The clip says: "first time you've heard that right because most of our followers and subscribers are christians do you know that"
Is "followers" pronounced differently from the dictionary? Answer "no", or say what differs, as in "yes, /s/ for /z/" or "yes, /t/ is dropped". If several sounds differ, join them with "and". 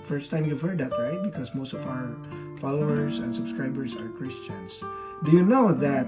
no